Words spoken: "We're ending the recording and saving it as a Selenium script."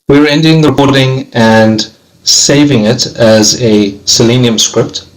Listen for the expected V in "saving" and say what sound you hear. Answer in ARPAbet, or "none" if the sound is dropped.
V